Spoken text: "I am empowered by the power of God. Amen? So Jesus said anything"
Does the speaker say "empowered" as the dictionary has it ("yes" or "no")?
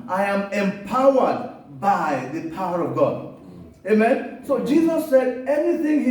yes